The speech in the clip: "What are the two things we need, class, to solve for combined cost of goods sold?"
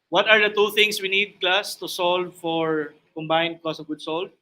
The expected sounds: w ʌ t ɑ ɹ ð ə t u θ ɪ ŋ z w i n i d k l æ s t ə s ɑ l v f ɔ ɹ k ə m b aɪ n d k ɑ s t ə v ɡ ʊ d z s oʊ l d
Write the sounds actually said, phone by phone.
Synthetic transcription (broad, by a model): w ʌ t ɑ ɹ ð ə t u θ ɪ ŋ s w i n i d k l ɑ s t ə s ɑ l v f ɔ ɹ k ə m b aɪ n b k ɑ s ə v ɡ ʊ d s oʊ l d